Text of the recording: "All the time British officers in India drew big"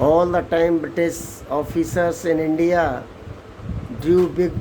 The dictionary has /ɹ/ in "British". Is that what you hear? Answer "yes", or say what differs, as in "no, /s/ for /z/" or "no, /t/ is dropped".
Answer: no, /ɹ/ is dropped